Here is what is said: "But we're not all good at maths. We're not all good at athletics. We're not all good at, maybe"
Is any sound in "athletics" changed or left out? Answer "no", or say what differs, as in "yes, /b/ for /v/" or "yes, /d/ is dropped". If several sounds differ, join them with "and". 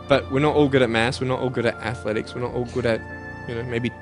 no